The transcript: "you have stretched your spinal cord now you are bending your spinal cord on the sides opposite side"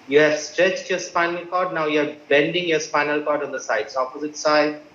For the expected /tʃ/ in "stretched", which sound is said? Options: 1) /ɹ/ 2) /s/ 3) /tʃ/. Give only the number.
3